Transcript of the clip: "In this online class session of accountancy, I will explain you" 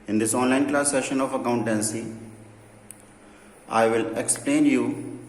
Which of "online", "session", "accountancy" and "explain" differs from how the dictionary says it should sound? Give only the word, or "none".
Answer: none